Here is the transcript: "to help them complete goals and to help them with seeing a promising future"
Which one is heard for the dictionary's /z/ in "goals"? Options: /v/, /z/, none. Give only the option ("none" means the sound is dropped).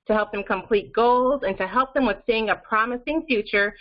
/z/